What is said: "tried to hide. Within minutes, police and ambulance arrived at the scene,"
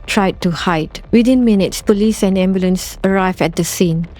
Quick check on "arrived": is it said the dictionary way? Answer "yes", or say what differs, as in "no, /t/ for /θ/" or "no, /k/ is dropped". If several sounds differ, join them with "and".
no, /d/ is dropped